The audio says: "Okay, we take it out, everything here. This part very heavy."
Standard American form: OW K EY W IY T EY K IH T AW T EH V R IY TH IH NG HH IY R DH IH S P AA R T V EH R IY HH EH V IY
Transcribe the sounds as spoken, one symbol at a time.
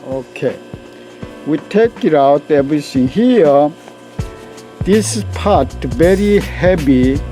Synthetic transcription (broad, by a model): OW K EY W IY T EY K IH T AW T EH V R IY S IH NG HH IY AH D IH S P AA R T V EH R IY HH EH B IY